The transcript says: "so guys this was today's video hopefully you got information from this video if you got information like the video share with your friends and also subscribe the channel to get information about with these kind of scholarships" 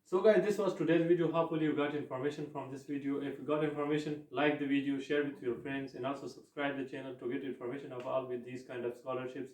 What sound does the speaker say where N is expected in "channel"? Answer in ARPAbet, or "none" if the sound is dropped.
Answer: N